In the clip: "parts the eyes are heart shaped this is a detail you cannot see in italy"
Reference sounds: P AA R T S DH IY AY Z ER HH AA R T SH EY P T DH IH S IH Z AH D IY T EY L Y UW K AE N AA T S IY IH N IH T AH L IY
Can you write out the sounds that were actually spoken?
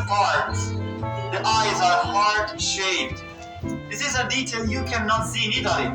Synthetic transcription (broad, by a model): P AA R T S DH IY AY Z ER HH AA R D SH EY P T DH IH S IH Z AH D IY T EY L Y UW K AE N AA T S IY IH N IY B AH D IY